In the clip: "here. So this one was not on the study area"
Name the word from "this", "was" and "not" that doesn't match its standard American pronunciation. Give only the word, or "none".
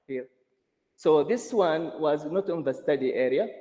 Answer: none